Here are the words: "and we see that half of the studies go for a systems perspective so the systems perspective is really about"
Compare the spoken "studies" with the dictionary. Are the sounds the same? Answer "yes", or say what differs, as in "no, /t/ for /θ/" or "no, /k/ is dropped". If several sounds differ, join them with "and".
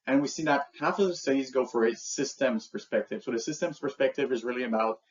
yes